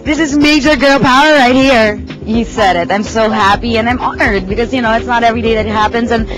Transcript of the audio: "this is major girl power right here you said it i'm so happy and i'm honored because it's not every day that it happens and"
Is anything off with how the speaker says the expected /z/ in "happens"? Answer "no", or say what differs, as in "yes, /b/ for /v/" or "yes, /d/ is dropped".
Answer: no